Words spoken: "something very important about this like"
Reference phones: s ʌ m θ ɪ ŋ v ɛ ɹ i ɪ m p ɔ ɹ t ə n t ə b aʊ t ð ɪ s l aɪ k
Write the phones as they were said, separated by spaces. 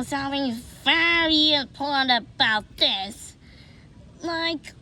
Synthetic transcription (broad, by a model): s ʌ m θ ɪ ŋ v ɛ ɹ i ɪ p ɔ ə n ə b aʊ t ð ɪ s l aɪ k